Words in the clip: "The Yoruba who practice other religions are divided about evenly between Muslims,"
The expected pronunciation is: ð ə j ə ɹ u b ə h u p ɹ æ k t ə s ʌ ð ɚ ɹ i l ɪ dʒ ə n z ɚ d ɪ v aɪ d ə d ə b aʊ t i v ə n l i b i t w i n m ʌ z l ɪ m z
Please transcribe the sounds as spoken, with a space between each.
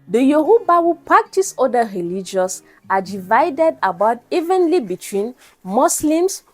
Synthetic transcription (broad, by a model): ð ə j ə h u b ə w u p ɹ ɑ k t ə s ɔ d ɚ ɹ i l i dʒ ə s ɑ d ɪ v aɪ d ə d ə b aʊ t i v ə n l i b i t w i n m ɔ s l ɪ m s